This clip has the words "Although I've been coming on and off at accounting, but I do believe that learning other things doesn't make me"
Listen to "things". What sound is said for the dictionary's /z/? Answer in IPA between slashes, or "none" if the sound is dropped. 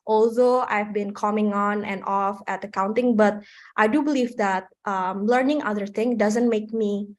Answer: none